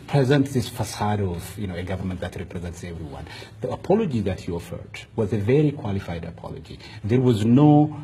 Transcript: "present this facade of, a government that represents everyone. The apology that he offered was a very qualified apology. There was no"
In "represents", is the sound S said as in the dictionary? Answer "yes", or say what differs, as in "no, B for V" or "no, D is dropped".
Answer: yes